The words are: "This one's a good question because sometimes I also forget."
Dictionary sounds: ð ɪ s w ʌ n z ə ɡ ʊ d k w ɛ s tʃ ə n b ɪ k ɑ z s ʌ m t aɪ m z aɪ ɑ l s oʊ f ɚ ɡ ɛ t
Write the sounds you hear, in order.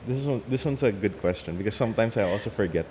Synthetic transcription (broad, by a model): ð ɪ s w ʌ n s ə ɡ ʊ d k w ɛ s tʃ ə n b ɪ k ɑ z s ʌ m t aɪ m s aɪ ɑ l s oʊ f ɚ ɡ ɛ t